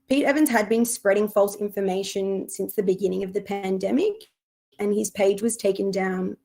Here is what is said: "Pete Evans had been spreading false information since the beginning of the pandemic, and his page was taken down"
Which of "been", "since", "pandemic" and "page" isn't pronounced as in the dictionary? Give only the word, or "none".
none